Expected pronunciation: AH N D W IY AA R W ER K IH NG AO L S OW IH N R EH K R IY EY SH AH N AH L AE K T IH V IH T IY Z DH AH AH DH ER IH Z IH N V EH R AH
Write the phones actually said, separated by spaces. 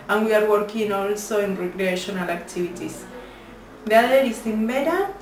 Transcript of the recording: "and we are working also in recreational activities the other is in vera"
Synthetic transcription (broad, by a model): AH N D W IY AA R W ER K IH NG AO L S OW IH N R EH K R IY EY SH AH N AH L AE K T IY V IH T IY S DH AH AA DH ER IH S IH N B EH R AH